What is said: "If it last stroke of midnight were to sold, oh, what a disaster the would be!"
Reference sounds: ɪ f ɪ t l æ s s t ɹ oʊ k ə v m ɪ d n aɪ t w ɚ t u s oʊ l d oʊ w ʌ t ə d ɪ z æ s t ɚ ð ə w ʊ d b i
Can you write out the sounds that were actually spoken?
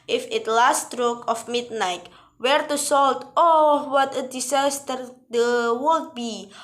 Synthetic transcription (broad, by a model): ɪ f ɪ t l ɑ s s t ɹ oʊ k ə f m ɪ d n aɪ t w ɚ t u s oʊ l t oʊ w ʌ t ə d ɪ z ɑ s t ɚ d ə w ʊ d b i